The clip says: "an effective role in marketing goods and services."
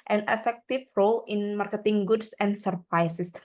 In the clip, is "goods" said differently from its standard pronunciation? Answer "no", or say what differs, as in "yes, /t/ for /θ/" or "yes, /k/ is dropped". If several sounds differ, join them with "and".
yes, /s/ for /z/